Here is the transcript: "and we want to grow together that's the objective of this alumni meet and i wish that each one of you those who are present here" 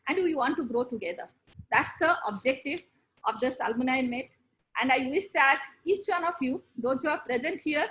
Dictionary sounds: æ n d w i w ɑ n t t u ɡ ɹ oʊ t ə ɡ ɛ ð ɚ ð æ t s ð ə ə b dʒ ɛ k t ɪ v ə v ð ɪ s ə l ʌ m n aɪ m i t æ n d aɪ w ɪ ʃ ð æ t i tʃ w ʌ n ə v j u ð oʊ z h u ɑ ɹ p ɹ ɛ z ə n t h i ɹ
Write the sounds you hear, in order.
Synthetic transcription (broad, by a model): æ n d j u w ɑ n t t u ɡ ɹ oʊ t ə ɡ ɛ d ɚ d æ t s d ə ə b dʒ ɛ k t ɪ v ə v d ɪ s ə l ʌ n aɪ m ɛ t æ n d aɪ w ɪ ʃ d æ t i tʃ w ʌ n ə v j u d oʊ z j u ɑ ɹ p ɹ ɛ z ə n t h i ɹ